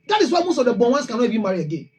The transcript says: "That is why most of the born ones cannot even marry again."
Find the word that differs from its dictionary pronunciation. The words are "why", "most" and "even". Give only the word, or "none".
even